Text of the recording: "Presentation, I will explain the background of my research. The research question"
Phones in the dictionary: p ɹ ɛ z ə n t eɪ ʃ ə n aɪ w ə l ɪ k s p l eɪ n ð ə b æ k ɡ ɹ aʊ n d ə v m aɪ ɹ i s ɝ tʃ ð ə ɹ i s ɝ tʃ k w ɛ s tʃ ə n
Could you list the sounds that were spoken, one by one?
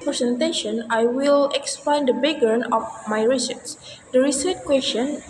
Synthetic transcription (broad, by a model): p ɹ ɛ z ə n t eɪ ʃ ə n aɪ w ə l ɪ k s p l eɪ n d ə b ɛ ɡ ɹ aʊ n ə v m aɪ ɹ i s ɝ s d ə ɹ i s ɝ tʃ k w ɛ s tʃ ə n